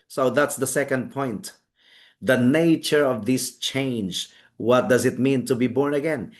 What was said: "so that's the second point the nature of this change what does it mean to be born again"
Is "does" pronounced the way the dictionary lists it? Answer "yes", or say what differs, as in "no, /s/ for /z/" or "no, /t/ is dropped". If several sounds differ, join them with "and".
yes